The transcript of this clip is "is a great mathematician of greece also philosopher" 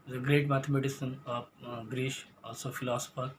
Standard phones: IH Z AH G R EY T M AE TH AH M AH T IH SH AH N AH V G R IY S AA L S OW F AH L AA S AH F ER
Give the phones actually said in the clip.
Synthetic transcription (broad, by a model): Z AH G R EY T M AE T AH M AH T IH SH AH N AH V G R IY SH AA L S OW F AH L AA S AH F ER